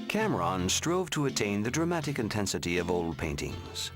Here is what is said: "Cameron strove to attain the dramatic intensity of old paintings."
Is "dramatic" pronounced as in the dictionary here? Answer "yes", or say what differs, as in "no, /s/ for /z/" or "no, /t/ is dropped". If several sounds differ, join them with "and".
yes